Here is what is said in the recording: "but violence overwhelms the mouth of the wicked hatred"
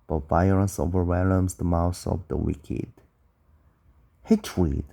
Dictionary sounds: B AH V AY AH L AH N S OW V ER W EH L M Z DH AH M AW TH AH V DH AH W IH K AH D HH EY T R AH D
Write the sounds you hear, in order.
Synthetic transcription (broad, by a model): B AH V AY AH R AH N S OW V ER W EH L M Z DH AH M AW S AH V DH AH W IH K AH D HH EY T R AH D